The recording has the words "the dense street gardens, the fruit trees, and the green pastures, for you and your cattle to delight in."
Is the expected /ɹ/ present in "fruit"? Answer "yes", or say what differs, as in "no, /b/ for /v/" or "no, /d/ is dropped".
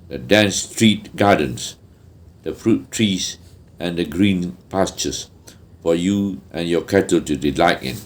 yes